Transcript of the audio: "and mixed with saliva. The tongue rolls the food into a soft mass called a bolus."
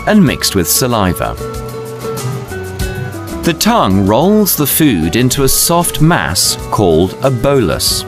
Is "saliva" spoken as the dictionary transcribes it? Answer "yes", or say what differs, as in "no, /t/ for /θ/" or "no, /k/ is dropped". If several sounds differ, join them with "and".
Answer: yes